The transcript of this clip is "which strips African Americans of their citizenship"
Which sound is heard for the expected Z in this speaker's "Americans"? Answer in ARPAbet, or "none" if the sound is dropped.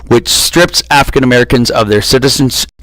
Z